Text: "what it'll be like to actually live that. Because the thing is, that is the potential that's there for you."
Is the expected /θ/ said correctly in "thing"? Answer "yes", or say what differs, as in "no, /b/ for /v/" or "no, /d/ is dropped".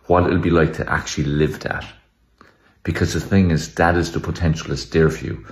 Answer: yes